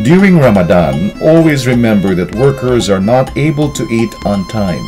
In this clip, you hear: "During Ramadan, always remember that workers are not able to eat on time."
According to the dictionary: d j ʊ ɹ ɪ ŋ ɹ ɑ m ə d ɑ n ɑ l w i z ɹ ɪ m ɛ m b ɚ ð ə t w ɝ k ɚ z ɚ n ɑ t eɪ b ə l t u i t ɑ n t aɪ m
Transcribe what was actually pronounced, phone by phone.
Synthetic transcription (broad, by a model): d j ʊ ɹ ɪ ŋ ɹ ɑ m ə d ɑ n ɑ l w i z ɹ ɪ m ɛ m b ɚ ð ə t w ɝ k ɚ z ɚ n ɑ t eɪ b ə l t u i t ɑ n t aɪ m